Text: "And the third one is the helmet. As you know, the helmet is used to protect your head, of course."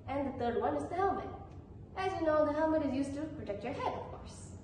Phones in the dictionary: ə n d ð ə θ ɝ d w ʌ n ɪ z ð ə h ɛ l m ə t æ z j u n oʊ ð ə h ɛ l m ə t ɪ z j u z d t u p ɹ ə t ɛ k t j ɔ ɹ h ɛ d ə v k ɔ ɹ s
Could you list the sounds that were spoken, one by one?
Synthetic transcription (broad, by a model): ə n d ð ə t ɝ d w ʌ n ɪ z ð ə h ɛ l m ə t æ z j u n oʊ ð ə h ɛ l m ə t ɪ z j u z t u p ɹ ə t ɛ k t j ɔ ɹ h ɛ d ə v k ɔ ɹ s